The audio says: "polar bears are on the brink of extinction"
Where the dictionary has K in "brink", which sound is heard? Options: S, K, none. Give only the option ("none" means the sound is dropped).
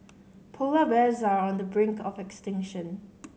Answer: K